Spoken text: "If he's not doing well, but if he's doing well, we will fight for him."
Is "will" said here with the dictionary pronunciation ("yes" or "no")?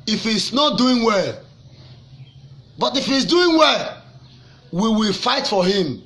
yes